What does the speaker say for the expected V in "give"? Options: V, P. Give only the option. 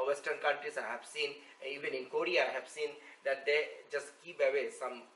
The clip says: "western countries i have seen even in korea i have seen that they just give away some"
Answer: P